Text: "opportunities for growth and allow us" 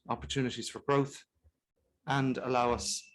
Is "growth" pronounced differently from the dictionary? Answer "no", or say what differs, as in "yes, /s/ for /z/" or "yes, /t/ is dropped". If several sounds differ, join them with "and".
no